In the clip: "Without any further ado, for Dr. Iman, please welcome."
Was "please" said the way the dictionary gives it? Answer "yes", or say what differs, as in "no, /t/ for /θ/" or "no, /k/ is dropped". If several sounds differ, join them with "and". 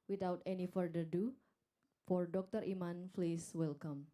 no, /f/ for /p/ and /s/ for /z/